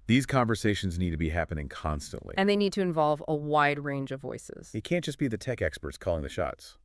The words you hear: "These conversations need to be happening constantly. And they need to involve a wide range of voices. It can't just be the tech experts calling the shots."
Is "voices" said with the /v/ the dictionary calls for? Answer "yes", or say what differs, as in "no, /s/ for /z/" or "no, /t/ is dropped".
yes